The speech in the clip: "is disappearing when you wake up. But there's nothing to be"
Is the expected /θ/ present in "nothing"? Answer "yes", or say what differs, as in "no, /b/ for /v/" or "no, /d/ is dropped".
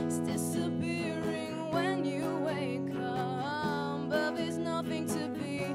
yes